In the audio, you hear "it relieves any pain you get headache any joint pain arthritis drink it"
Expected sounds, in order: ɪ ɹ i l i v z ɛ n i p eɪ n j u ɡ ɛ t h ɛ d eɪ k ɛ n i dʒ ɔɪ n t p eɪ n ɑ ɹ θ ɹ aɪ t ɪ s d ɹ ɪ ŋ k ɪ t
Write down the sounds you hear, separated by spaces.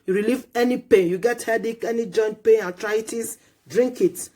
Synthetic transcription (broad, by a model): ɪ ɹ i l i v ɛ n i p eɪ n j u ɡ ɛ t h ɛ d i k ɛ n i dʒ ɔɪ n t p eɪ n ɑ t ɹ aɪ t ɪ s d ɹ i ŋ k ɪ t